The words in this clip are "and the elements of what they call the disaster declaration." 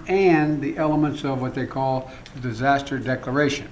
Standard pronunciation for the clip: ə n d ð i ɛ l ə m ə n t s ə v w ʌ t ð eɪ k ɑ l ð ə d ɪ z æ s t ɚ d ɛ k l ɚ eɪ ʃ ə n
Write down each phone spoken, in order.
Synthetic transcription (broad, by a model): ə n ð i ɛ l ə m ə n t s ə v w ʌ t ð eɪ k ɑ l ð ə d ɪ z æ s t ɚ d ɛ k l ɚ eɪ ʃ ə n